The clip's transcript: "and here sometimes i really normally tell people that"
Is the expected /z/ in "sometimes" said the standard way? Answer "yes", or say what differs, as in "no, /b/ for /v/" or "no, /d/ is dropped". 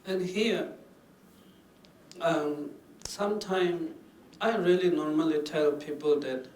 no, /z/ is dropped